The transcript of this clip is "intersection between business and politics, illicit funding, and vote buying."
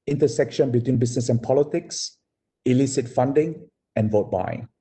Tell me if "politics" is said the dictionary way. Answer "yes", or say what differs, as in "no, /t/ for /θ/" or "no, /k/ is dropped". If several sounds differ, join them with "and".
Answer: yes